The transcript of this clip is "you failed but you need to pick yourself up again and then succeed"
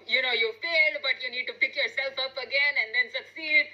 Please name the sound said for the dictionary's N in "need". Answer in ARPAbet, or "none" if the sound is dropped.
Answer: N